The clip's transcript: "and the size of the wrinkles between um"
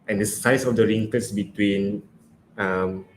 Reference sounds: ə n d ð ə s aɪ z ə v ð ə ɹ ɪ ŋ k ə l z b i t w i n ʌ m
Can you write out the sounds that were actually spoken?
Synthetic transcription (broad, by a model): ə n d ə s aɪ s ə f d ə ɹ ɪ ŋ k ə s b i t w i n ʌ m